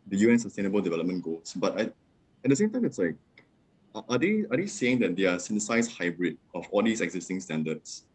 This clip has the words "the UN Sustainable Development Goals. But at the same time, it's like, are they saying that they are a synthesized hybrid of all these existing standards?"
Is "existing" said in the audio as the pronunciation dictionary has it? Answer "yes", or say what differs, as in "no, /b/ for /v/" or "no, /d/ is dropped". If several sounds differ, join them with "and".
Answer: yes